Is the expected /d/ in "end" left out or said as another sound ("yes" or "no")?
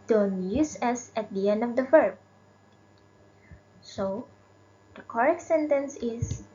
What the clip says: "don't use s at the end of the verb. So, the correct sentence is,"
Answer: no